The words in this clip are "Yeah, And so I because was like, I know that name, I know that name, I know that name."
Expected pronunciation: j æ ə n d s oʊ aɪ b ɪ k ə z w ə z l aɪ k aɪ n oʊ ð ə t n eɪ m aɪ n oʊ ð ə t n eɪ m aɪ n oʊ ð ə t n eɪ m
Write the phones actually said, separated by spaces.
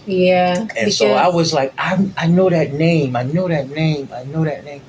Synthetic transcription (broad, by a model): j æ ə s oʊ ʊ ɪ ə w ə z l aɪ k aɪ n oʊ ð ə t n eɪ m aɪ n oʊ ð ə t n eɪ m aɪ n oʊ ð ə t n eɪ m